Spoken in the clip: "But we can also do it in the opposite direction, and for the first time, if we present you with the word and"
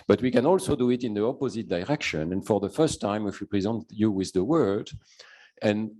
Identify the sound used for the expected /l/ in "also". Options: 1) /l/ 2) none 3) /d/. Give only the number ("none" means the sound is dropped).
1